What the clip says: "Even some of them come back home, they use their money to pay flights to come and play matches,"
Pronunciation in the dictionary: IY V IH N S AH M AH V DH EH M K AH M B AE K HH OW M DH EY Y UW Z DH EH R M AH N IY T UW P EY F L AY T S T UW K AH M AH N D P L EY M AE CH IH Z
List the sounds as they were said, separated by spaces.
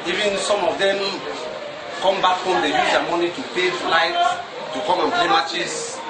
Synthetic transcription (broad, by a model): IY V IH N S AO M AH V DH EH M K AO M B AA K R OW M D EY Y UW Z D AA M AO N IY T UW P EY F L AY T T UW K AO M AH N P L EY M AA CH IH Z